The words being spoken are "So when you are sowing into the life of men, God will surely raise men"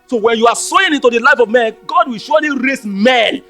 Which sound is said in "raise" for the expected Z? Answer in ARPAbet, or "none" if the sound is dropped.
S